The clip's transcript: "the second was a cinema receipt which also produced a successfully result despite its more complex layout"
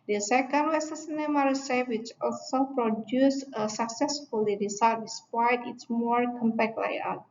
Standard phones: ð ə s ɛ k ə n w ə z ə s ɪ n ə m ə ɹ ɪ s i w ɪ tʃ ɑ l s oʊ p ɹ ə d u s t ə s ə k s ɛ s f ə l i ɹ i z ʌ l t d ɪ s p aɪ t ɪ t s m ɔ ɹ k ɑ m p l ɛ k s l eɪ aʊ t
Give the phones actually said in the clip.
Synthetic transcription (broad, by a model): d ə s ɛ k ə n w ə s ə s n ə m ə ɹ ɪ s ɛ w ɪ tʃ ɑ l s oʊ p ɹ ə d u s ə s ə k s ɛ s f ə l i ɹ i s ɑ t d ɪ s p aɪ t ɪ t s m ɔ ɹ k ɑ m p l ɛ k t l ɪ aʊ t